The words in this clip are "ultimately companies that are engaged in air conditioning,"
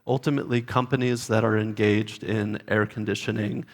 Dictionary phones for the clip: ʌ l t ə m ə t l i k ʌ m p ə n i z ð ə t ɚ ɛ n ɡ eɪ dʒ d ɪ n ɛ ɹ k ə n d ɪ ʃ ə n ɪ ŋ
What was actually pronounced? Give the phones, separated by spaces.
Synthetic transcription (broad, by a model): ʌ l t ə m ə t l i k ʌ m p ə n i z ð ə t ɚ ɛ n ɡ eɪ dʒ d ɪ n ɛ ɹ k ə n d ɪ ʃ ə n ɪ ŋ